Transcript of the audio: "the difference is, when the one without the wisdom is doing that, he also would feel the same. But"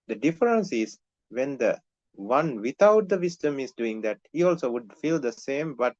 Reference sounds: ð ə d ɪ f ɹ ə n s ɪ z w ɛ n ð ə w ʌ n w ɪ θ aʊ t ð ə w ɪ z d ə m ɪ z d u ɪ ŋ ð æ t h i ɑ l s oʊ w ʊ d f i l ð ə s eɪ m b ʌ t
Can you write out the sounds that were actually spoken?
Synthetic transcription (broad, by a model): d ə d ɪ f ɹ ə n s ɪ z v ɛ n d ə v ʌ n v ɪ t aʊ t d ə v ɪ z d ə m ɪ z d u ɪ ŋ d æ t h i ɑ l s oʊ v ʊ d f i l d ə s eɪ m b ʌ t